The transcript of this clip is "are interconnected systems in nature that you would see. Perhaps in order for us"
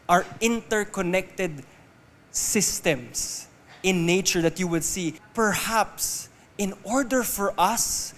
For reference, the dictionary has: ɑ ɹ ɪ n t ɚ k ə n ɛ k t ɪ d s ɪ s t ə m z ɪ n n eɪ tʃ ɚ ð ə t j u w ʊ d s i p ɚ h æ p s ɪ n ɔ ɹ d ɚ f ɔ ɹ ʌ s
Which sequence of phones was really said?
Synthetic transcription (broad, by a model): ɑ ɹ ɪ n t ɚ k ə n ɛ k t ɪ d s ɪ s t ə m s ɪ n n eɪ tʃ ɚ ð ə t j u w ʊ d s i p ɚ h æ p s ɪ n ɔ ɹ d ɚ f ɔ ɹ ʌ s